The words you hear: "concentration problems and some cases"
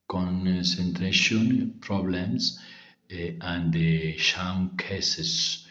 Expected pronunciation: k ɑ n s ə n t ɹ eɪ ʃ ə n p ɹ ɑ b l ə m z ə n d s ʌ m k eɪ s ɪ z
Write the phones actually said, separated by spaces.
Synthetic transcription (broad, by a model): k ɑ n s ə n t ɹ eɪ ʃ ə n p ɹ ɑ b l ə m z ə n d ʃ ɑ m k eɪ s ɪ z